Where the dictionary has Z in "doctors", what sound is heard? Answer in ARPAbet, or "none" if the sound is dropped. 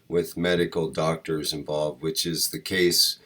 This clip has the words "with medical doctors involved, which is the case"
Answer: Z